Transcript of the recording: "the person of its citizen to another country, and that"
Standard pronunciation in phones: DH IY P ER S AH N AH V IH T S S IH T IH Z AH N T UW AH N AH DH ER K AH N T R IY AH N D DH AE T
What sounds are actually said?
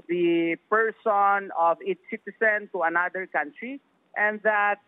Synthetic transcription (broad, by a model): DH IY P ER S AH N AH V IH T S S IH T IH S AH N T UW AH N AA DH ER K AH N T R IY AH N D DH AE T